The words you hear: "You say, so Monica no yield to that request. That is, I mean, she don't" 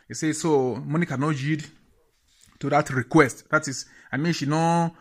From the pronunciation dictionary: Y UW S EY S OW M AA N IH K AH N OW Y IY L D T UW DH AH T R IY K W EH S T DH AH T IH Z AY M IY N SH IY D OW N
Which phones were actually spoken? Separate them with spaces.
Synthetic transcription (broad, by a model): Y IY S EY S OW M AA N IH K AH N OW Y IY D T UW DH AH T R IY K W EH S T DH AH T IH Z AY M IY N SH IY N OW